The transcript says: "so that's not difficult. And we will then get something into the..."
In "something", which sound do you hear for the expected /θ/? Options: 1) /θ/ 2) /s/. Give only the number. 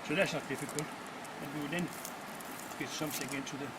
2